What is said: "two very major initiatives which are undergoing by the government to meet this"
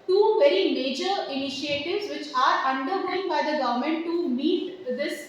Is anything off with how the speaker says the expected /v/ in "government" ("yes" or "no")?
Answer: no